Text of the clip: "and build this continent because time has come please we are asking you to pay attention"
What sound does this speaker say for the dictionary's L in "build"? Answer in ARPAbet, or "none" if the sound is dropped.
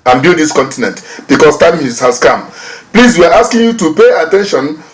N